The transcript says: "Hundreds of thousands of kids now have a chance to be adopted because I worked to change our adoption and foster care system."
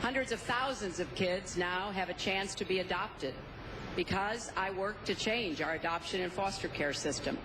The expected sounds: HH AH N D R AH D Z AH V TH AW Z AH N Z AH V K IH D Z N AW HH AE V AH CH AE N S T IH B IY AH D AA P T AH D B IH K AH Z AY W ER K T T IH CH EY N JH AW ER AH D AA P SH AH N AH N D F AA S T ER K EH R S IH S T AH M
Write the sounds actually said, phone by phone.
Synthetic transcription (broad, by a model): HH AH N D R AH D Z AH V TH AW Z AH N Z AH V K IH D Z N AW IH V AH CH AE N S T IH B IY AH D AA P T AH D B IH K AH Z AY W ER K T T IH CH EY N JH AW ER AH D AA P SH AH N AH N F AA S T ER K EH R S IH S T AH M